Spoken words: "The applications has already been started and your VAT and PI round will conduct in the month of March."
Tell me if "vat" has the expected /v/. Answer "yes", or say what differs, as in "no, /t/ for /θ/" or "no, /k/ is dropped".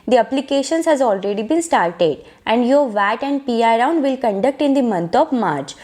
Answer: yes